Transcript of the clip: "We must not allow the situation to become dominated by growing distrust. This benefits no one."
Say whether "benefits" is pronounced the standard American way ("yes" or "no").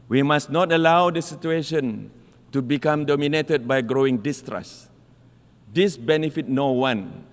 no